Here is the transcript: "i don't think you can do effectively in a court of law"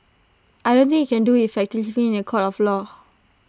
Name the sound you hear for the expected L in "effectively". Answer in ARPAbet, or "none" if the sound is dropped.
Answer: none